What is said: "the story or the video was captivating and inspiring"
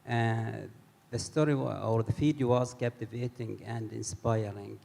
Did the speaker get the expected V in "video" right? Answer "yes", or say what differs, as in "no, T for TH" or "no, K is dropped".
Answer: no, F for V